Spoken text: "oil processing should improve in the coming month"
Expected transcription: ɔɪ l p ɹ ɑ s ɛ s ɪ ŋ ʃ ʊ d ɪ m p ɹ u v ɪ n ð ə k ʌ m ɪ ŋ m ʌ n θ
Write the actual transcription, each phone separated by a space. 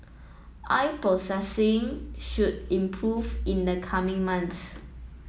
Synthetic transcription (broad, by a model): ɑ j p ɑ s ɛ s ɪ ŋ ʃ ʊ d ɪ m p ɹ u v ɪ n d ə k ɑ m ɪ ŋ m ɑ n t